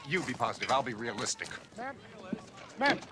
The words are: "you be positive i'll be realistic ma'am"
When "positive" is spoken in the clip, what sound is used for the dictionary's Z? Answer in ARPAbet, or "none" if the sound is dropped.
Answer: Z